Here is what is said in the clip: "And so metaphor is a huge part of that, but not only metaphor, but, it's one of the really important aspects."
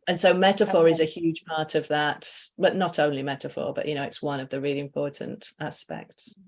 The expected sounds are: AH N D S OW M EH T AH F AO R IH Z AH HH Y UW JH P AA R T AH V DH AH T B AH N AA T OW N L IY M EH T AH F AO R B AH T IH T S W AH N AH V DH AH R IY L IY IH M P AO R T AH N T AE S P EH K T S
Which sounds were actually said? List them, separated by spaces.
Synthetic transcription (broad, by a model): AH N S OW M EH T AH F AO R IH Z AH HH Y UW ZH P AA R T AH V DH AH T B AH N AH T OW N L IY M EH T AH F AO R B AH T IH T S W AH N AH V DH AH R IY L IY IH M P AO R T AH N T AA S P EH K T S